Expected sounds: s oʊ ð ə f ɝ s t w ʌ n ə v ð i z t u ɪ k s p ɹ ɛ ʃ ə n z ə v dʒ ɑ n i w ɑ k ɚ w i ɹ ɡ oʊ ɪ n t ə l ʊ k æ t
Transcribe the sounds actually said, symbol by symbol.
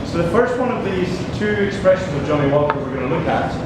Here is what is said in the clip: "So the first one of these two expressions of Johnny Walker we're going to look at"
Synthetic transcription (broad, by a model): s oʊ ð ə f ɝ s t w ʌ n ə v ð i z t u ɪ k s p ɹ ɛ ʃ ə n z ə v dʒ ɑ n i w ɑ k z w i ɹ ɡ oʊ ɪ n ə l ʊ k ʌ t